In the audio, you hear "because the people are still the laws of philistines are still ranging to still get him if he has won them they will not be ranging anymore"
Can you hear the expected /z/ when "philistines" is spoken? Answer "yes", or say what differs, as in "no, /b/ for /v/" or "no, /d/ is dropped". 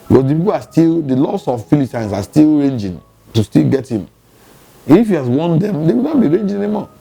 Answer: no, /s/ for /z/